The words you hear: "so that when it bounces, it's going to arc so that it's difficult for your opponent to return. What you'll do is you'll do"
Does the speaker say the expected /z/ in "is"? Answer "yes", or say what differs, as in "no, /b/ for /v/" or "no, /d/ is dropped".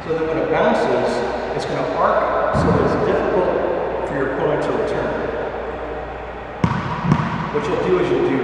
yes